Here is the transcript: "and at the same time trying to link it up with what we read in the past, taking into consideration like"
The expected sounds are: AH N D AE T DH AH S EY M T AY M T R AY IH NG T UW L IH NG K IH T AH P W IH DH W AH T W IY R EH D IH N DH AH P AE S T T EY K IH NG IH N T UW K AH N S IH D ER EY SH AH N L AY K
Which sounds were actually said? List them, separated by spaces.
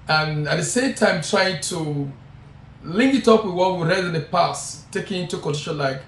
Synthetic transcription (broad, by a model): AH N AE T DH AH S EY M T AY M T R AY IH NG T UW L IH NG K IH T AH P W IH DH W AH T W IY R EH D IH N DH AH P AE S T T EY K IH NG IH N T UW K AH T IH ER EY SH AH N L AY K